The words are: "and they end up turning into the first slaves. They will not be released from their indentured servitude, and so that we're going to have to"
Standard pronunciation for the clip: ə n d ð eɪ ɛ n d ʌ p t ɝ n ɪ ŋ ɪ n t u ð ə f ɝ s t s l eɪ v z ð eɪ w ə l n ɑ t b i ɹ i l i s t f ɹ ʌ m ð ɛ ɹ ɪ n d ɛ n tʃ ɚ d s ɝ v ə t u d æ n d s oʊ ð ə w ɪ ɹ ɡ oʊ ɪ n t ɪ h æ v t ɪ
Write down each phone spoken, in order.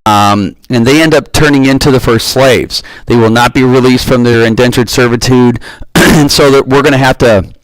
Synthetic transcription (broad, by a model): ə n ð eɪ ɛ n d ʌ p t ɝ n ɪ ŋ ɪ n t u ð ə f ɝ s t s l eɪ v z ð eɪ w ə l n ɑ t b i ɹ i l i s t f ɹ ʌ m ð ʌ ɹ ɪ n d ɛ n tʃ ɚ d s ɝ v ə t u d n s oʊ ð ə w ɪ ɹ ɡ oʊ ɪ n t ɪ h æ f t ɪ